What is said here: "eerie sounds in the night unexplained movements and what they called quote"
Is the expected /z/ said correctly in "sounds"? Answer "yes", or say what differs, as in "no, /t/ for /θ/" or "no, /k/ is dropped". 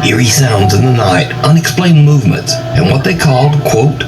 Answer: yes